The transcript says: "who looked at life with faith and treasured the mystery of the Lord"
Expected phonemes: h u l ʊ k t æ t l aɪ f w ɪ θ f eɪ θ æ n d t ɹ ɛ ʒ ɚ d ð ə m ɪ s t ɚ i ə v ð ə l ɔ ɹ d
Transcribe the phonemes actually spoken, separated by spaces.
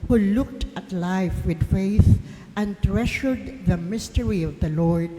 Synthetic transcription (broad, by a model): h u l ʊ k t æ t l aɪ f w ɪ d f eɪ θ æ n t ɹ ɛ ʃ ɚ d ð ə m ɪ s t ɚ i ə v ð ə l ɔ ɹ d